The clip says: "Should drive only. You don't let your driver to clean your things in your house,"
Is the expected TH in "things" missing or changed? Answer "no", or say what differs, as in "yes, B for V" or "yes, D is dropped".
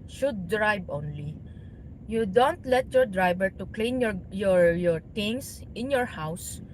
yes, T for TH